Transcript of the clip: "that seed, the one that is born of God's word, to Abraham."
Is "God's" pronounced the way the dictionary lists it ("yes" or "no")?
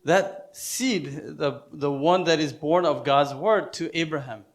yes